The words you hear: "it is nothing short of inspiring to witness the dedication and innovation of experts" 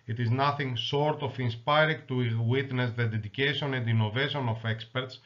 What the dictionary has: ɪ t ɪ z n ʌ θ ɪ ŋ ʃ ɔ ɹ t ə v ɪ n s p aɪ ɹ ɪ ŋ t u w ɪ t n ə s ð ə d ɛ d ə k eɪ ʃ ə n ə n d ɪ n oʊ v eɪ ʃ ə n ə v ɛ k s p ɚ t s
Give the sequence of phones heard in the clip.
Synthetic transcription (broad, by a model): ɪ t ɪ z n ʌ θ ɪ ŋ s ɔ ɹ t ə f ɪ n s p aɪ ɹ ɪ ŋ t u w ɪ t n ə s ð ə d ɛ d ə k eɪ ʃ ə n ə n d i n oʊ v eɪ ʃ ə n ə f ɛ k s p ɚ t s